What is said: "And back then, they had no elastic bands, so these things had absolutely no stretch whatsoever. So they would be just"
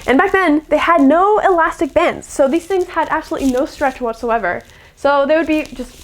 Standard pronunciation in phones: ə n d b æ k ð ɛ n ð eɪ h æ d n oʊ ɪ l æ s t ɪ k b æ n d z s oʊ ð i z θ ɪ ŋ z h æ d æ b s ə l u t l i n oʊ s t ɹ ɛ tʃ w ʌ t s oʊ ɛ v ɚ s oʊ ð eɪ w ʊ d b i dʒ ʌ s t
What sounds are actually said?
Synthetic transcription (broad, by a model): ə n b æ k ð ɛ n ð eɪ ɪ d n oʊ ɪ l æ s t ɪ k b æ n d z s oʊ ð i z θ ɪ ŋ z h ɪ d æ b s ə l u t l i n oʊ s t ɹ ɛ tʃ w ʌ t s oʊ ɛ v ɚ s oʊ ð eɪ w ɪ d b i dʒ ʌ s t